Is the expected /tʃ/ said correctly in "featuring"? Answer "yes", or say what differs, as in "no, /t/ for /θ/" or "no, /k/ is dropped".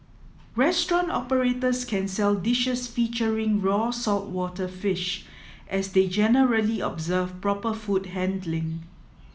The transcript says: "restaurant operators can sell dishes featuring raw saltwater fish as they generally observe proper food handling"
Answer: yes